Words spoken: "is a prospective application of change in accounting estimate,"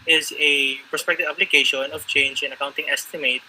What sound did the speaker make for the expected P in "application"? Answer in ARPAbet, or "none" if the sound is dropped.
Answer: B